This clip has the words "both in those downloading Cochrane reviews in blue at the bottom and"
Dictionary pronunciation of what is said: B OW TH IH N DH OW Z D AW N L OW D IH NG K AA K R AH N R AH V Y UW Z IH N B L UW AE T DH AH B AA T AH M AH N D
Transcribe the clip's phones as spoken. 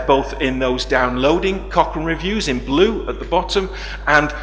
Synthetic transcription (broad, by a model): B OW TH IH N DH OW Z D AW N L OW D IH NG K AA K AH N R AH V Y UW Z IH N B L UW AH T DH AH B AA T AH M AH N